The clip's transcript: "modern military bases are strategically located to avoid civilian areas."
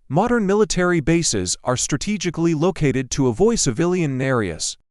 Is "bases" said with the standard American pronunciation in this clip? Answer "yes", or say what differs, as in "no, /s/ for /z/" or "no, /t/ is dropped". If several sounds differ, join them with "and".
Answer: yes